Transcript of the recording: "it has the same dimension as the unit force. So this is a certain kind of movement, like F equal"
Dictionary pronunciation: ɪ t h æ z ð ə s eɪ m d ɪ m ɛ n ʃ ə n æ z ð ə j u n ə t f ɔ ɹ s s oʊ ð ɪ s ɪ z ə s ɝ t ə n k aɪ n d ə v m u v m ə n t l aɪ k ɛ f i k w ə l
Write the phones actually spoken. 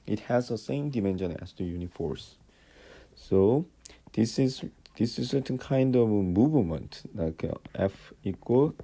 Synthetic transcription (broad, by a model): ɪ t h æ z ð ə s eɪ m d ɪ m ɛ n ʃ ə n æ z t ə j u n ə f ɔ ɹ s s oʊ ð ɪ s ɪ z ə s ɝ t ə n k aɪ n d ə v m u v m ə n t l aɪ k ɛ f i k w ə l